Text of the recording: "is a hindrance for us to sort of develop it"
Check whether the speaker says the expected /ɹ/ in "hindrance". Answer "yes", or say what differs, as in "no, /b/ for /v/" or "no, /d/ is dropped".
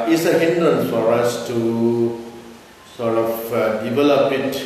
no, /ɹ/ is dropped